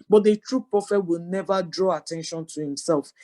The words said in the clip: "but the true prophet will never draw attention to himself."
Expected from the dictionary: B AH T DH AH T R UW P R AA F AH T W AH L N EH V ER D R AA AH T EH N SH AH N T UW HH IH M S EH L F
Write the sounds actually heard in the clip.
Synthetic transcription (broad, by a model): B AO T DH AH T R UW P R AA F AH T W AH L N EH V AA D R AA AH T EH N SH AH N T UW HH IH M S EH L F